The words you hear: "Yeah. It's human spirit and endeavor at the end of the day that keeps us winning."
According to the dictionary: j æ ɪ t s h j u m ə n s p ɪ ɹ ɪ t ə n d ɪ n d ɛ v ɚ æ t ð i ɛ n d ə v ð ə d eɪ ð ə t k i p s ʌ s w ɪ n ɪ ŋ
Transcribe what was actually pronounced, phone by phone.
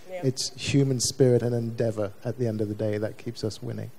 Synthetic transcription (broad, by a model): ɪ t s h j u m ə n s p ɪ ɹ ɪ t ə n ɪ n d ɛ v ɚ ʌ t ð i ɛ n d ə v ð ə d eɪ ð ə t k i p s ʌ s w ɪ n ɪ ŋ